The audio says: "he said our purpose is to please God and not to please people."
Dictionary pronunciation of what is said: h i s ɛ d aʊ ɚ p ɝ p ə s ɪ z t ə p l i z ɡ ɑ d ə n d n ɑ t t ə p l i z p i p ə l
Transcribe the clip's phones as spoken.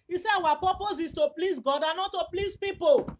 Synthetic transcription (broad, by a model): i s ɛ aʊ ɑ p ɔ p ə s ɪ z t ə p l i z ɡ ɑ d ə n n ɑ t t ə p l i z p i p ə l